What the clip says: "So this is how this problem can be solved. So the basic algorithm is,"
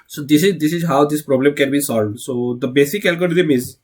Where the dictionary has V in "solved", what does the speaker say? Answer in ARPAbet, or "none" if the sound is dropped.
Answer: V